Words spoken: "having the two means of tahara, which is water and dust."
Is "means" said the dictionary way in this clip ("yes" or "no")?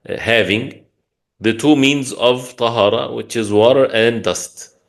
yes